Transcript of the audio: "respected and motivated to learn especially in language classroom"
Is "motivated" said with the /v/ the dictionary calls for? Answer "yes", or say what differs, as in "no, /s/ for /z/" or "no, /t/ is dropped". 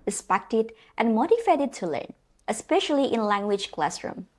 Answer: no, /f/ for /v/